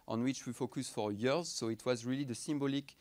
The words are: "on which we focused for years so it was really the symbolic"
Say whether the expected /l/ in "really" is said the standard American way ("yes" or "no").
yes